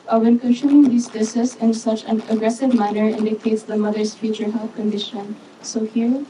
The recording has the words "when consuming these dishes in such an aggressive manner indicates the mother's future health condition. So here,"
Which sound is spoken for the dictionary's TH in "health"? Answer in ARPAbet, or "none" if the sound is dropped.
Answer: F